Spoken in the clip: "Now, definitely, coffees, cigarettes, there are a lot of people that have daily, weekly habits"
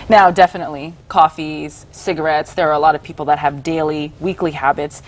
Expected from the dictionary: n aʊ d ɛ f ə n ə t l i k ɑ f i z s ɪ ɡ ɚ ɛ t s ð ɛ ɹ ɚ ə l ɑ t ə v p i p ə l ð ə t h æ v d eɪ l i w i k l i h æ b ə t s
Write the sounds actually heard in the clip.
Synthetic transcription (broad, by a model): n aʊ d ɛ f ə n ə t l i k ɑ f i z s ɪ ɡ ɚ ɛ t s ð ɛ ɹ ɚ ə l ɑ t ə v p i p l ð ə t h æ v d eɪ l i w i k l i h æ b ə t s